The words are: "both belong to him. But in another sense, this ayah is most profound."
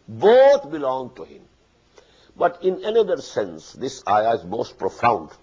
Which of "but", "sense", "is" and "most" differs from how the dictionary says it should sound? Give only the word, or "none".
none